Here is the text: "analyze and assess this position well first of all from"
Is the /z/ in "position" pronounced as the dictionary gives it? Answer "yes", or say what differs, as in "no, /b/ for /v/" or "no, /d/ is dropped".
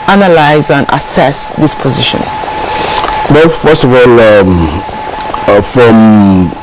yes